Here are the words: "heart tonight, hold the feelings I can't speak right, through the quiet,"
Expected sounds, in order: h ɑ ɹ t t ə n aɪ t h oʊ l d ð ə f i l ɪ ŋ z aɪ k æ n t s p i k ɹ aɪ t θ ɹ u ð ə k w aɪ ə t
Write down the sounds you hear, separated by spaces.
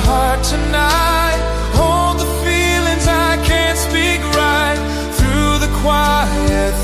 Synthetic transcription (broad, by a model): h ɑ ɹ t t ə n aɪ t h oʊ l d ð ə f i l ɪ ŋ z aɪ k æ n t s p i k ɹ aɪ t θ ɹ u ð ə k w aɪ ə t